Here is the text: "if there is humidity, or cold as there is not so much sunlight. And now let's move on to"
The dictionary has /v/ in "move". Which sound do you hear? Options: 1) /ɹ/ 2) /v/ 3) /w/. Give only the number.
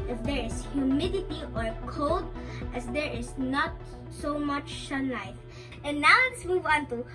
3